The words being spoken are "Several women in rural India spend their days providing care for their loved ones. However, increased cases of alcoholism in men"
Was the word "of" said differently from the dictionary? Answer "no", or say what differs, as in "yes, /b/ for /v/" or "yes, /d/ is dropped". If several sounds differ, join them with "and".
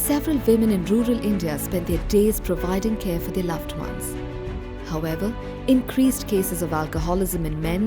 no